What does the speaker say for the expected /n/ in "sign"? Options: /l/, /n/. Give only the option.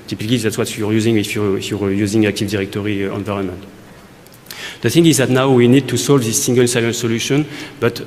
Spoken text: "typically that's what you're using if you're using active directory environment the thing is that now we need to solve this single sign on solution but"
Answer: /l/